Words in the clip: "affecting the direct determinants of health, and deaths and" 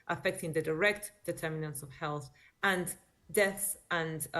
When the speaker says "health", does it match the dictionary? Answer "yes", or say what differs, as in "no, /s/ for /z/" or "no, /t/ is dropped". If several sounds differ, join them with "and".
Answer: yes